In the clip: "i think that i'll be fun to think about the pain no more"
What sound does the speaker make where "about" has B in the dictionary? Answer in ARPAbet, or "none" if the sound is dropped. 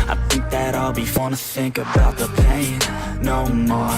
B